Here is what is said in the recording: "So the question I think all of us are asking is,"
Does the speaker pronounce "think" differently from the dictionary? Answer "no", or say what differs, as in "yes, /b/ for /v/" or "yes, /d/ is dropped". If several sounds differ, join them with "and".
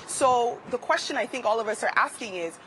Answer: no